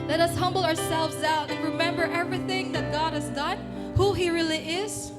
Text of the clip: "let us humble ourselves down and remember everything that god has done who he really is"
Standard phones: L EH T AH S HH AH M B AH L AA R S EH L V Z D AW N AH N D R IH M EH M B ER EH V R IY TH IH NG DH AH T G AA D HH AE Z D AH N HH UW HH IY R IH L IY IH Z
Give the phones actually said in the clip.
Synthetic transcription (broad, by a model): L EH T AH S HH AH M B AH L AA R S EH L V Z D AW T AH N R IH M EH M B ER EH V R IY TH IH NG DH AH T G AA D HH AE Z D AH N HH UW HH IY R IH L IY IH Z